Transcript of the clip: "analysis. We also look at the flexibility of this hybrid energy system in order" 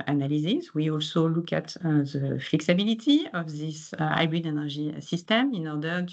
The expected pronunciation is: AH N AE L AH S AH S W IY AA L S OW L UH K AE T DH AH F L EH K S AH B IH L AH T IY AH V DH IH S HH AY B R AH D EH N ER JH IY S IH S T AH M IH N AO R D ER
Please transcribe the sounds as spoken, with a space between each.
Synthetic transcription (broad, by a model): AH N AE L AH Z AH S W IY AA L S OW L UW K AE T DH AH F L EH K S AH B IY L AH T IY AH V DH IH S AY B AH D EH N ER ZH IY S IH S T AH M IH N AO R D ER